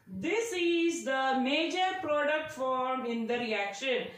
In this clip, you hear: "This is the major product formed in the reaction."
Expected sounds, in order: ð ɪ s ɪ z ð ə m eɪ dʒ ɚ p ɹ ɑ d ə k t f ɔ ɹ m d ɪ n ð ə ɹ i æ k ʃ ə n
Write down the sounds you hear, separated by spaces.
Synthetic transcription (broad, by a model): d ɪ s ɪ z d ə m eɪ dʒ ɚ p ɹ ɑ d ə k t f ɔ ɹ m ɪ n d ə ɹ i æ k ʃ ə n